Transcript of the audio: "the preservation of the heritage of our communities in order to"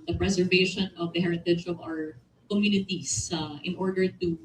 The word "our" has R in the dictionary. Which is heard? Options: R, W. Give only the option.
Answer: R